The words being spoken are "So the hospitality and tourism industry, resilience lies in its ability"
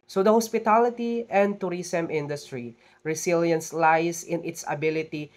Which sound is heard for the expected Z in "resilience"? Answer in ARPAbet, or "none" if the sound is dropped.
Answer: S